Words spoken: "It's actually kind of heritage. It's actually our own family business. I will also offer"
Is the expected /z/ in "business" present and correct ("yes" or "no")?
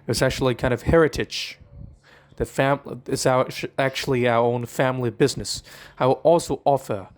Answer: yes